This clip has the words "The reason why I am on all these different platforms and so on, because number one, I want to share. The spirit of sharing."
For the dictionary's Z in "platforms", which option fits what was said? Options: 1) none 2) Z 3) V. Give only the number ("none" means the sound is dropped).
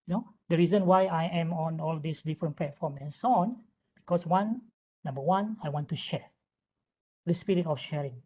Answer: 1